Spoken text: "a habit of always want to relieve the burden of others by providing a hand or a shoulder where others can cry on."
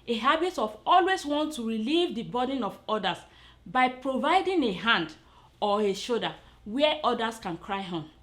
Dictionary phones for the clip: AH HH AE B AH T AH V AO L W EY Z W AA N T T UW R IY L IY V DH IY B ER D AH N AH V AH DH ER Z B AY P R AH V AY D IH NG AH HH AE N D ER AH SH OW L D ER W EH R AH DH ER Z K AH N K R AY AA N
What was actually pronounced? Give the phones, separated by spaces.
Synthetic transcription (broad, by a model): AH HH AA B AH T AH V AO L W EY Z W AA N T T UW R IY L IY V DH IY B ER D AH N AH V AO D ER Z B AY P R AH V AY D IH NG AH HH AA N D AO AH SH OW D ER W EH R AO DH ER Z K AH N K R AY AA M